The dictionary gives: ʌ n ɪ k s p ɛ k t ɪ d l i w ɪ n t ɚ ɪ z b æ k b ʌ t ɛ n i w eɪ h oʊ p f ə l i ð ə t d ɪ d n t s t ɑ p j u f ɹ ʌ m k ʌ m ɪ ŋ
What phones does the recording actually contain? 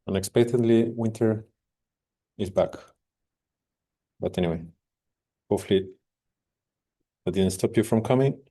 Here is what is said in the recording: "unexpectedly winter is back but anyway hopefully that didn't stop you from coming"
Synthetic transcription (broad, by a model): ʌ n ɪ k s p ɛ k t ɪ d l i w ɪ n t ɚ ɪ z b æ k b ʌ t ɛ n i w eɪ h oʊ f l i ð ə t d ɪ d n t s t ɑ p j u f ɹ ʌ m k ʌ m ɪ ŋ